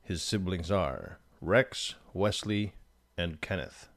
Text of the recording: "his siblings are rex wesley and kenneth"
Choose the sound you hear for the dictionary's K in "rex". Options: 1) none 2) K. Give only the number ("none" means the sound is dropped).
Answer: 2